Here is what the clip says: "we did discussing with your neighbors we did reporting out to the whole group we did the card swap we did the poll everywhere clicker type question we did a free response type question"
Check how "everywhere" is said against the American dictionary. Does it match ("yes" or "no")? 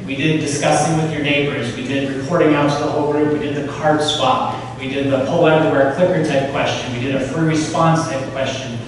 no